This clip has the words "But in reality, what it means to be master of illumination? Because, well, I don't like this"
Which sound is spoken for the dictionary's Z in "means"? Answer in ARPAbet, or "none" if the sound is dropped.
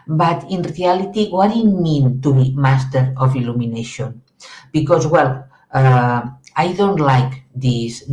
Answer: none